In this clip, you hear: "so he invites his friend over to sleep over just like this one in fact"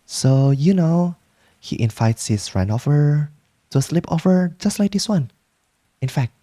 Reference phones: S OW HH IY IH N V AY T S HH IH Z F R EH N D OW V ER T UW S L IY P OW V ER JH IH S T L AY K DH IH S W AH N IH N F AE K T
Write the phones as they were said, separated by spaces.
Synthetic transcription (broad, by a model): S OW HH IY IH N V AY T S HH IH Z R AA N OW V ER T UW S L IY P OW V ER JH IH S T L AY K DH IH S W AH N IH N F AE K T